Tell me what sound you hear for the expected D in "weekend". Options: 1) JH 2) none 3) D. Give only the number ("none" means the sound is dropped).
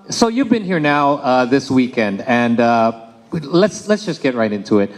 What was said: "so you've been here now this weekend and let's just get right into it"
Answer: 3